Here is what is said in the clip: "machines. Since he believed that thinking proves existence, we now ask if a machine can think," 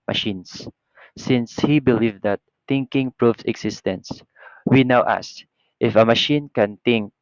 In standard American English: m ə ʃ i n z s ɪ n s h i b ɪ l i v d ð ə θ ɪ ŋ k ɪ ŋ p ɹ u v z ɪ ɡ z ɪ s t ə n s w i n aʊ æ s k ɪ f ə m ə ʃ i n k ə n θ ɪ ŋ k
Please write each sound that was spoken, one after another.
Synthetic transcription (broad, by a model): m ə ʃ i n s ɪ n s h i b ɪ l i v d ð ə t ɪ ŋ k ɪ ŋ p ɹ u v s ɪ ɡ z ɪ s t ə n s w i n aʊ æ s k ɪ f ə m ə ʃ i n k ə n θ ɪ ŋ k